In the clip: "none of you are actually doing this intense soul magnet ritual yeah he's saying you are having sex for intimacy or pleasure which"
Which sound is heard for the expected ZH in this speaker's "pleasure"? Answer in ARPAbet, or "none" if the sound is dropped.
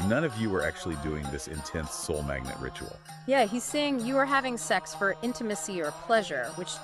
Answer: ZH